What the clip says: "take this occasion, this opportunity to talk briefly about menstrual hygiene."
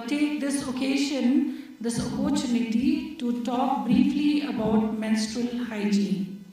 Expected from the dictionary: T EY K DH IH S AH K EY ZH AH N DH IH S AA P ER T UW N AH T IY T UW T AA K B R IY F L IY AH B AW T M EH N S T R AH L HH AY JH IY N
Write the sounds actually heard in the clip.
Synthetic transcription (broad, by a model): T EY K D IH S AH K EY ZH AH N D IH S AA P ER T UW N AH T IY T UW T AA K B R IY F L IY AH B AW T M EH N S T R AH L HH AY JH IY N